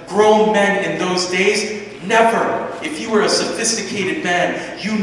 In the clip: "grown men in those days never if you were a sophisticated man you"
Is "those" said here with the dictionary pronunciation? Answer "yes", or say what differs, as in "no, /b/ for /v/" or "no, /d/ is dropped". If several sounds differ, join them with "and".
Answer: yes